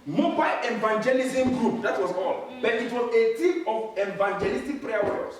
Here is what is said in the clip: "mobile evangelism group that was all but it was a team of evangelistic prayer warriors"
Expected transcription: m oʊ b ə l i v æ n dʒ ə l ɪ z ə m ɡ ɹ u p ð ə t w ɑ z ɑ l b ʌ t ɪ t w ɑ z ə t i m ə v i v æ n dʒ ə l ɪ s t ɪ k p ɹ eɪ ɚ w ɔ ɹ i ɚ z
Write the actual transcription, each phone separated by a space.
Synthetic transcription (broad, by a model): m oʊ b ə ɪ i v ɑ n dʒ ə l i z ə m ɡ ɹ u p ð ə t w ɑ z ɑ l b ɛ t ɪ t w ɑ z ə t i ə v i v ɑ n dʒ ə l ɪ s t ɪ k p ɹ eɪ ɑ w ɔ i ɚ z